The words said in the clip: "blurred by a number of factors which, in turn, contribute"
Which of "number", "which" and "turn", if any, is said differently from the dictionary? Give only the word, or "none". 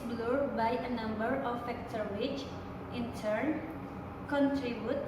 none